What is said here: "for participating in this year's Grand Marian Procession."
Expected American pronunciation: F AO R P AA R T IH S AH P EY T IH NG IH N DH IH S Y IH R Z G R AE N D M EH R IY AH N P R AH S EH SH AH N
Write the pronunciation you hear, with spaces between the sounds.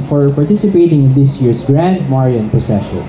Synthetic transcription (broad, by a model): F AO R P AA R T IH S AH P EY T IH NG IH N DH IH S Y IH R S G R AE N D M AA R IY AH N P R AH S EH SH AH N